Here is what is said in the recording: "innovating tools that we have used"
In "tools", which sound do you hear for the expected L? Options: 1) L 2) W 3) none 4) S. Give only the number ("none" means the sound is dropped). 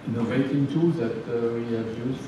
3